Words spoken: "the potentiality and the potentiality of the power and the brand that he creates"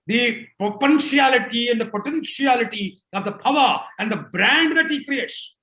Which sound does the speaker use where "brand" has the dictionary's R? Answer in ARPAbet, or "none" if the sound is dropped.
R